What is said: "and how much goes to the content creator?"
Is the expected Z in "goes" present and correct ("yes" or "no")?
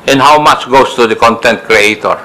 no